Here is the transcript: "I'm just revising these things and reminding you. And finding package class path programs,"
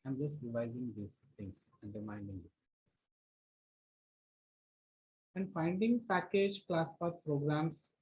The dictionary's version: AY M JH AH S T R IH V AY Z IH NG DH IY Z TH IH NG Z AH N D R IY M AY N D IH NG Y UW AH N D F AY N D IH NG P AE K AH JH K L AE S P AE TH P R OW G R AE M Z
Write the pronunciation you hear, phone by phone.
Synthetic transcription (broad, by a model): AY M JH AH S T R IH V AY Z IH NG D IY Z T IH NG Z AH N D R IY M AY N D IH NG Y UW AH N D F AY N D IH NG P AE K AH JH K L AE S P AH P R OW G R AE M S